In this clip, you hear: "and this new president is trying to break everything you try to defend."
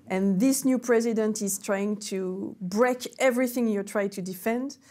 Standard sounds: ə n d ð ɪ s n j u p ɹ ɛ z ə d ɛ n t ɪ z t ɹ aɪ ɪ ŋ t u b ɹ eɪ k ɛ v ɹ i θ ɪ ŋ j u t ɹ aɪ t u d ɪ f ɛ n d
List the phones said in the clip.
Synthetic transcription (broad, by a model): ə n ð ɪ s n j u p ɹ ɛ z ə d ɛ n t ɪ z t ɹ aɪ ɪ ŋ t u b ɹ eɪ k ɛ v ɹ i θ ɪ ŋ j u t ɹ aɪ t u d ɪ f ɛ n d